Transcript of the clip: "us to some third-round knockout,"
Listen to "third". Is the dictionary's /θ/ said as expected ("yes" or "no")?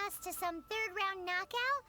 yes